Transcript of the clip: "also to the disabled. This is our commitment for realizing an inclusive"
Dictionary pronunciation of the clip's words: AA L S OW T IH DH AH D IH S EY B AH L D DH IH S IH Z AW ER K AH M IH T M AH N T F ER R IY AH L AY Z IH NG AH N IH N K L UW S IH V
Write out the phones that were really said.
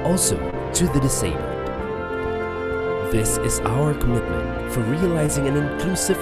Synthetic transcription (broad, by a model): AA L S OW T IH DH AH D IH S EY AH N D DH IH S IH Z AW ER K AH M IH T M AH N T F ER R IY AH L AY Z IH NG AH N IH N K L UW S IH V